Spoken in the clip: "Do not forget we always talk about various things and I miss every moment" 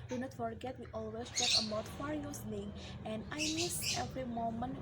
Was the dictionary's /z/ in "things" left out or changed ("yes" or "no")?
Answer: yes